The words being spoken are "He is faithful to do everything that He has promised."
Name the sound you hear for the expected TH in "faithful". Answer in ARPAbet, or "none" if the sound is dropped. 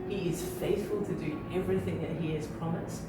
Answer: TH